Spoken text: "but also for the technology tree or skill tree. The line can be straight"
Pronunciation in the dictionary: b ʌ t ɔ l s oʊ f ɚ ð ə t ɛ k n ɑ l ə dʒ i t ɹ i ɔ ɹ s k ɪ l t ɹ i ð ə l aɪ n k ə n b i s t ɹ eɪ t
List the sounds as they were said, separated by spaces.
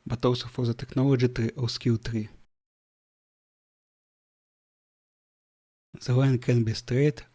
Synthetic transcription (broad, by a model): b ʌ t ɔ w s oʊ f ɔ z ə t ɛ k n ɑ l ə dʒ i t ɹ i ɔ w s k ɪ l t ɹ i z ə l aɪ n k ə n b i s t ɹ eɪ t